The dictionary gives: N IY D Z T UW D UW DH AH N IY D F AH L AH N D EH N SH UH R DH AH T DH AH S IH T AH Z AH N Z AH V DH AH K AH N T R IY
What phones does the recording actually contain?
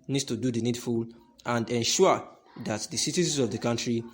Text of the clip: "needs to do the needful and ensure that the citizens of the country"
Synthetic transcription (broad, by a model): N IY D T UW D UW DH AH N IY D F AH L AH N D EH N SH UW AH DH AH T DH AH S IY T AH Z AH N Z AH V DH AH K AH N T R IY